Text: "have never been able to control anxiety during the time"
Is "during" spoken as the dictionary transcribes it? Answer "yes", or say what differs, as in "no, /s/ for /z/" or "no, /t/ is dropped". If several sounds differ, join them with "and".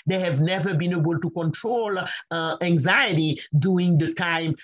no, /ɹ/ is dropped